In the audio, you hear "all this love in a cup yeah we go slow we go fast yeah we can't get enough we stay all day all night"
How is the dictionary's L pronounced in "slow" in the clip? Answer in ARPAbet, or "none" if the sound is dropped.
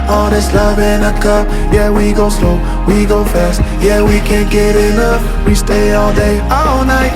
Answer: L